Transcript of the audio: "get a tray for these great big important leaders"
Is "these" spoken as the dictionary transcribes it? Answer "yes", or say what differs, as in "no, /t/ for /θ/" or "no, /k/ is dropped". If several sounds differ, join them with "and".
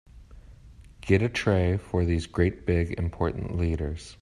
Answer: yes